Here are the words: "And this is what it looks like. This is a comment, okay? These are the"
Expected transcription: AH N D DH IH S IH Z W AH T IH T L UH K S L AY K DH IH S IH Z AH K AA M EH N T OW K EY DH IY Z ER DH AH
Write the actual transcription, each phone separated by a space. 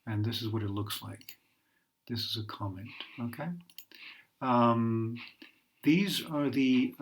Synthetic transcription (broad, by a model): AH N DH IH S IH Z W AH T IH T L UH K S L AY K DH IH S IH Z AH K AA M EH N T OW K EY DH IY Z ER DH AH